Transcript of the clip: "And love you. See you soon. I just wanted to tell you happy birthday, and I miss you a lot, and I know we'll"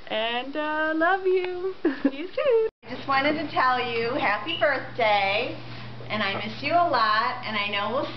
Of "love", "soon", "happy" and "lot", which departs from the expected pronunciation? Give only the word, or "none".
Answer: soon